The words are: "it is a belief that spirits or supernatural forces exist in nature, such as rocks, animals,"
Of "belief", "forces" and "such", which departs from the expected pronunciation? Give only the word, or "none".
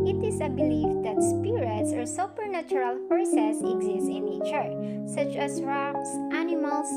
forces